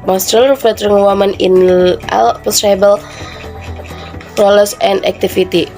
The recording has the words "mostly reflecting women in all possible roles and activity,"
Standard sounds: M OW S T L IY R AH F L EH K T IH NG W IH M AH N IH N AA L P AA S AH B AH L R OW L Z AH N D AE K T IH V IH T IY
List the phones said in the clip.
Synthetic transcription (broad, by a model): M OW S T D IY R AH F EH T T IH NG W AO M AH N IH N AA L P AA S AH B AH L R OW L S AH N D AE K T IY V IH T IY